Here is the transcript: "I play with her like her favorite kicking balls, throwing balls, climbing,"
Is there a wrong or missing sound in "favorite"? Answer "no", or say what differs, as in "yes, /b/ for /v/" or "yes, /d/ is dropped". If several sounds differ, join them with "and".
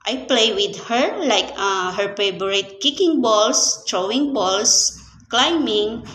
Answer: yes, /b/ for /v/